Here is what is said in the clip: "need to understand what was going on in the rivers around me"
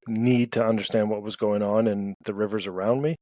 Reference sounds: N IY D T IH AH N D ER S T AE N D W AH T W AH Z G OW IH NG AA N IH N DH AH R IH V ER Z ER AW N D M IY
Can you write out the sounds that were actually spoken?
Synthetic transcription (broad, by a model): N IY D T IH AH N D ER S T AE N D W AH T W AH Z G OW IH NG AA N IH N DH AH R IH V ER Z ER AW N D M IY